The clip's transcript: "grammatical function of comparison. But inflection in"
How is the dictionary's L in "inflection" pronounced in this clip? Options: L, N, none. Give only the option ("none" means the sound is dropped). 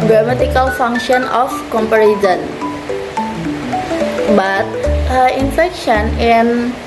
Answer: none